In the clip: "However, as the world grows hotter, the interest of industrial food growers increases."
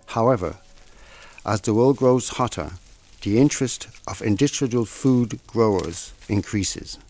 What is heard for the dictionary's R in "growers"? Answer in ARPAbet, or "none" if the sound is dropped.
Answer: R